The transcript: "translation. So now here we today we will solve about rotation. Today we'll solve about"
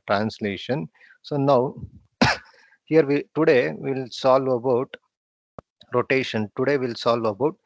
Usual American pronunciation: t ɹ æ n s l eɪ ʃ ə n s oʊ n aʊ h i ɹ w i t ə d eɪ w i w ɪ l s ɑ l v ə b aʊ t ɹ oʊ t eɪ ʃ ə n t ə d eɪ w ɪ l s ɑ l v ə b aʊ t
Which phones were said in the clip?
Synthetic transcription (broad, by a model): t ɹ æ n s l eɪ ʃ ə n s oʊ n aʊ h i ɹ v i t ə d eɪ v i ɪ l s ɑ l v ə b aʊ t ɹ oʊ t eɪ ʃ ə n t ə d eɪ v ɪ l s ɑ l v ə b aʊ t